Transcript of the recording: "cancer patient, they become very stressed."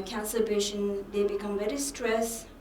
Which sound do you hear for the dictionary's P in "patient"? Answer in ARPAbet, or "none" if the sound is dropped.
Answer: B